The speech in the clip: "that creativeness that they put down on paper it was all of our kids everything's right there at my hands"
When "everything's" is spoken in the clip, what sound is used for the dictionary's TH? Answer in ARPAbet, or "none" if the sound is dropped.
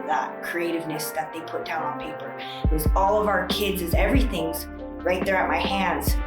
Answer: TH